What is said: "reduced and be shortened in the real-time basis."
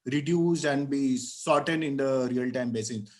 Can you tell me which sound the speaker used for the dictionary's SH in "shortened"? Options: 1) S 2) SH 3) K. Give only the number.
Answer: 1